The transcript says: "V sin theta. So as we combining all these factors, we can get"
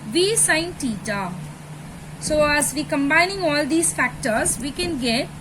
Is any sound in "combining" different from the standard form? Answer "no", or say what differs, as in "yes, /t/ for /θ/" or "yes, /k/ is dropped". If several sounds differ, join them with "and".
no